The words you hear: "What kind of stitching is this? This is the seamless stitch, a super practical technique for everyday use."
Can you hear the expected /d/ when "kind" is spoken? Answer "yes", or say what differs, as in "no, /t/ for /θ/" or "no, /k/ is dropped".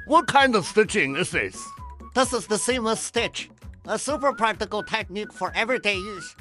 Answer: yes